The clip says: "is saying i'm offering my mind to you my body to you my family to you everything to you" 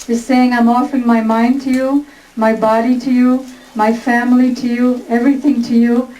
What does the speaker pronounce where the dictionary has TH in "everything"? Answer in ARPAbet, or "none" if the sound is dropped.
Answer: TH